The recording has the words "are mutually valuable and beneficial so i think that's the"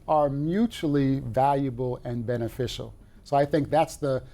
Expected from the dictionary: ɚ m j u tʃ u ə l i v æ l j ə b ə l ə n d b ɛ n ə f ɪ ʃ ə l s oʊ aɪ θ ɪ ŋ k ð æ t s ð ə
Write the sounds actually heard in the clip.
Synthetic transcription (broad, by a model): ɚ m j u tʃ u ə l i v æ l j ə b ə l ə n b ɛ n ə f ɪ ʃ l s oʊ aɪ θ ɪ ŋ k ð æ t s ð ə